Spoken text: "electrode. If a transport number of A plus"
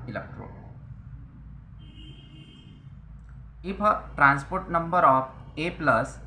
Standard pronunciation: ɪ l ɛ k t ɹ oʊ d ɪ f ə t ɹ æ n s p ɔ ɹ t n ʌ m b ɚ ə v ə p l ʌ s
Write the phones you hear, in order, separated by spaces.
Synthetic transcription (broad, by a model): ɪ l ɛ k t ɹ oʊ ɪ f ə t ɹ æ n s p ɔ ɹ t n ʌ m b ɚ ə p ə p l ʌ s